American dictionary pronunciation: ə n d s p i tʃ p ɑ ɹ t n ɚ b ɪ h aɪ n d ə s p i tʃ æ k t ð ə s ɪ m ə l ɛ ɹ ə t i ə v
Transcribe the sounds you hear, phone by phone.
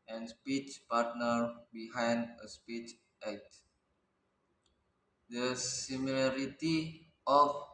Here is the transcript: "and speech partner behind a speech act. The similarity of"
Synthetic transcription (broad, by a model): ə n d s p i tʃ p ɑ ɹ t n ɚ b ɪ h aɪ n d ə s p i tʃ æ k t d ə s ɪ m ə l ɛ ɹ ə t i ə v